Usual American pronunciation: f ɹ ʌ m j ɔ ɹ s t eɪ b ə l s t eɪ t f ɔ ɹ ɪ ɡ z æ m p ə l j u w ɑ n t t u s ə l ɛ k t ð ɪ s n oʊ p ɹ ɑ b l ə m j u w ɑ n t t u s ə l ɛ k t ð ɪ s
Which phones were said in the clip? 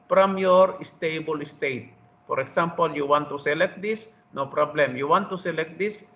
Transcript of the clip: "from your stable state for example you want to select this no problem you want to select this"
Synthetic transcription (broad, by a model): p ɹ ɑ m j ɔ ɹ s t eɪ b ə l s t eɪ t p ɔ ɹ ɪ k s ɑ m p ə l j u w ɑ n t t u s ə l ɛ k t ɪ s n oʊ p ɹ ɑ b l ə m j u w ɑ n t t u s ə l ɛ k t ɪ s